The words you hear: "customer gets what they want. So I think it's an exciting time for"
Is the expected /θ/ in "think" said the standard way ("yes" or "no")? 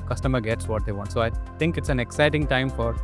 no